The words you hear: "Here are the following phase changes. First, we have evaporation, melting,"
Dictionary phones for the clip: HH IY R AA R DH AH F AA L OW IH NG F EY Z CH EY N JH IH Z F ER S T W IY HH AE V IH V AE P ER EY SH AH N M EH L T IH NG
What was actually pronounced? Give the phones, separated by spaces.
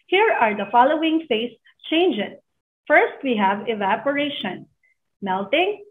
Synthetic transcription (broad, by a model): HH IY R AA R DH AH F AA L OW IH NG F EY S CH EY N JH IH S F ER S T W IY HH AE V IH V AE P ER EY SH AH N M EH L T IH NG